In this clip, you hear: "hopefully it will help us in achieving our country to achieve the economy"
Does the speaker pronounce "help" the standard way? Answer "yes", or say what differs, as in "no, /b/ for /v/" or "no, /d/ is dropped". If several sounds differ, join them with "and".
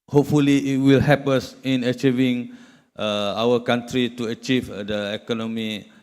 no, /l/ is dropped